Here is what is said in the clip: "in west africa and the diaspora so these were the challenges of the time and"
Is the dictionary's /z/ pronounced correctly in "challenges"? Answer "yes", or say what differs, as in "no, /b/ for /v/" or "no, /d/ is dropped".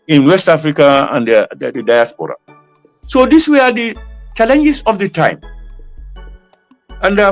no, /s/ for /z/